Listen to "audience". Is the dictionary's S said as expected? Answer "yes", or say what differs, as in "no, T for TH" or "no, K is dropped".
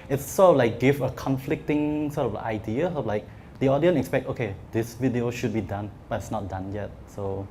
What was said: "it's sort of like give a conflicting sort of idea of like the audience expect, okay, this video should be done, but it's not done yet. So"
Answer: no, S is dropped